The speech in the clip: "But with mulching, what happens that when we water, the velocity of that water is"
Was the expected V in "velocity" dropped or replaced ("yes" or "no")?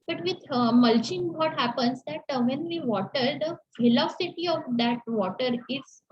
yes